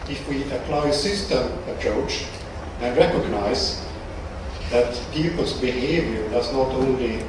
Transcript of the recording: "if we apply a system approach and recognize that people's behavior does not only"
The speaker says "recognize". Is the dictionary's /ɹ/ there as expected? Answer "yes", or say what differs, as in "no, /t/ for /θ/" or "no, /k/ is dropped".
yes